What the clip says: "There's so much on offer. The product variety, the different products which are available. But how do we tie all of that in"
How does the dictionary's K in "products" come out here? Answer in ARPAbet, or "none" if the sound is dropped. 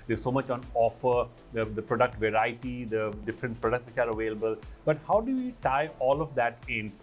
K